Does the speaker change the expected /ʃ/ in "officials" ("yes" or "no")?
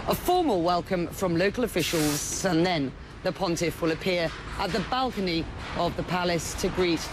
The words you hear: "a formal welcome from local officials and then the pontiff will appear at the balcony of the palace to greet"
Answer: no